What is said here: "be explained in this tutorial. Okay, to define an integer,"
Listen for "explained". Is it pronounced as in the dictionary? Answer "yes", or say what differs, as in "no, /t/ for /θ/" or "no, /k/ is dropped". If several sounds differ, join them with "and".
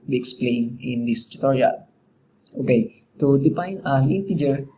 no, /d/ is dropped